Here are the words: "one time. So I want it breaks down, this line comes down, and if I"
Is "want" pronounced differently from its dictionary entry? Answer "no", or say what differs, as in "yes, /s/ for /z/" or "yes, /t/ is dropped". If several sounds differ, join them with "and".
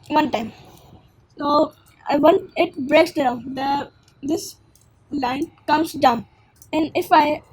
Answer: yes, /t/ is dropped